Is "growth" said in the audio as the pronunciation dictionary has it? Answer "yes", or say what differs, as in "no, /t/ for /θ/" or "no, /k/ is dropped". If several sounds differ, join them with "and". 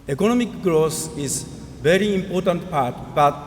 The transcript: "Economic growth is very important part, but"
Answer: no, /s/ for /θ/